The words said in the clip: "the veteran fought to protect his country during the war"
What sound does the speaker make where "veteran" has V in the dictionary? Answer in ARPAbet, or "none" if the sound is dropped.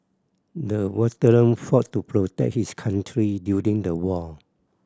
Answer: W